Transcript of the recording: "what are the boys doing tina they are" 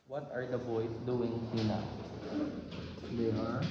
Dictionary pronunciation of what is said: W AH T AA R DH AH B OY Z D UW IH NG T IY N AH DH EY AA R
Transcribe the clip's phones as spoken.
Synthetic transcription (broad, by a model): W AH T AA R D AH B OY S D UW IH NG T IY N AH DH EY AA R